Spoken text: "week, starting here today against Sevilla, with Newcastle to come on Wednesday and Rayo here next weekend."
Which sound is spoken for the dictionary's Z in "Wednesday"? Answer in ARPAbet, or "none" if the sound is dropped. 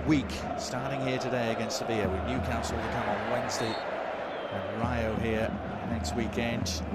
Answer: Z